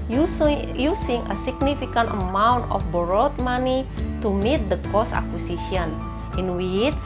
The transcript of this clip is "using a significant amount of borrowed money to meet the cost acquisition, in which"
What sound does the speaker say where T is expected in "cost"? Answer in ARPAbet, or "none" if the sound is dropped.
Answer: none